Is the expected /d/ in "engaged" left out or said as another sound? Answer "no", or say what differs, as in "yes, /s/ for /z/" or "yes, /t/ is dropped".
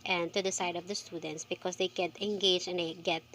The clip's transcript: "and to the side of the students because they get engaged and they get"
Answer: yes, /d/ is dropped